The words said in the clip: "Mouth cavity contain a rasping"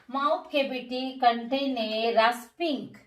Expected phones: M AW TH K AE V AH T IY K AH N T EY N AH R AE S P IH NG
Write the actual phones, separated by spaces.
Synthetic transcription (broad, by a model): M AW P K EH B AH T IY K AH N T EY N AH R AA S P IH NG